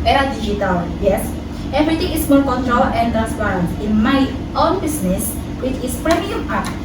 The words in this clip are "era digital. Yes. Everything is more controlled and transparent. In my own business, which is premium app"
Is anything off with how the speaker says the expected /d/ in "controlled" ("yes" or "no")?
yes